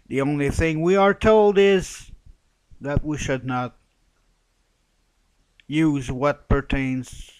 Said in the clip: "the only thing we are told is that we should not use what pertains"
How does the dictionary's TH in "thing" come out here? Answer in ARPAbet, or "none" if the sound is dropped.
TH